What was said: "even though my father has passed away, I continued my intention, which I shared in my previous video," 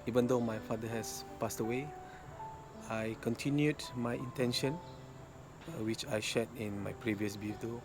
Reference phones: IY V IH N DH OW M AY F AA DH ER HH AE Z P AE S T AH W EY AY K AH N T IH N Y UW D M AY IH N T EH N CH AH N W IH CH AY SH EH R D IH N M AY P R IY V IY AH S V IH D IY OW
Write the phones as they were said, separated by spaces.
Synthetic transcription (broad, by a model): IY V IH N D OW M AY F AA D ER HH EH S P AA S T AH W EY AY K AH N T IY N Y UW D M AY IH N T EH N SH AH N W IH CH AY SH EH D IH N M AY P R IY V IY AH S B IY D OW